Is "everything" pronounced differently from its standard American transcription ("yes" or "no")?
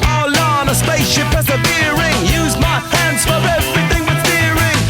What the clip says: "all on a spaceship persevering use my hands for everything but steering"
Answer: no